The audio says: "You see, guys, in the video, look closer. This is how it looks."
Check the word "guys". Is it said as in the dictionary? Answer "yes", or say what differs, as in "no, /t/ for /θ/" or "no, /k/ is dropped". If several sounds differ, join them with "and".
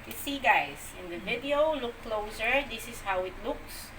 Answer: no, /s/ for /z/